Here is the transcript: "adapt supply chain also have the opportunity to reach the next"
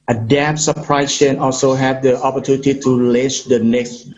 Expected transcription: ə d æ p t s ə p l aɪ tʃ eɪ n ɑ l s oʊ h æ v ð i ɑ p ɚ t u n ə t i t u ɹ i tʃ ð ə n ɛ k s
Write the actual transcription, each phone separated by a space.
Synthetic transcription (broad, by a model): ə d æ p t s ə p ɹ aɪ ʃ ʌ n ɑ l s oʊ h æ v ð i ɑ p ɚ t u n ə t i t u l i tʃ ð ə n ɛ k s